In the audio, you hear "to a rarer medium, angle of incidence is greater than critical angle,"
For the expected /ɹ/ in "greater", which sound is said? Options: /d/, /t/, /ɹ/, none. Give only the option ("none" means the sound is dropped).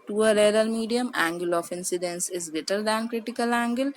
none